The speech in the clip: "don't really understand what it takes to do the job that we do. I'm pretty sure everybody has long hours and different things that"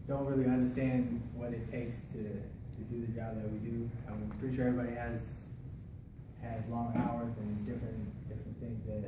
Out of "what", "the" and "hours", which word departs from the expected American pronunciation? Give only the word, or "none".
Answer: none